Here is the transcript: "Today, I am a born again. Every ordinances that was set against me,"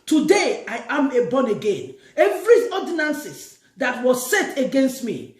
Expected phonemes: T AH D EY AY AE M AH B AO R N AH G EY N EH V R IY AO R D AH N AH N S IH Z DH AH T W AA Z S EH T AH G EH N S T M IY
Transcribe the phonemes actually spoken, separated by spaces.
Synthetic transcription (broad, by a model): T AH D EY AY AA M AH B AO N AH G EY N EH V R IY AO D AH N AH N S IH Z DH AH T W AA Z S EH T AH G EH N S T M IY